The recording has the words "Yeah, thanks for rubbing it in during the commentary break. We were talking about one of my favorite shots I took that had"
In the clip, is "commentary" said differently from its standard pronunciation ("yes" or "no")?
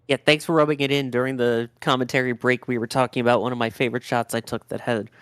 no